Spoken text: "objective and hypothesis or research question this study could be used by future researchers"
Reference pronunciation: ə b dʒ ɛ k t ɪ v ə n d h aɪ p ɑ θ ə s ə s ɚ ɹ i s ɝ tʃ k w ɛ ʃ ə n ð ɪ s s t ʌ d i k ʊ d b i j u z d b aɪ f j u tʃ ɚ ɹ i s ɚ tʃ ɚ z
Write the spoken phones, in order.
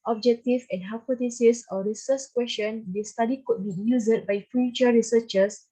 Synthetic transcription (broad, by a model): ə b dʒ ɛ k t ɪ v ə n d h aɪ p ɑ t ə s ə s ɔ ɹ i s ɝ s k w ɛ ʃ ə n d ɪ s s t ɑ d i k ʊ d b i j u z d b aɪ f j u tʃ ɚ ɹ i s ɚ tʃ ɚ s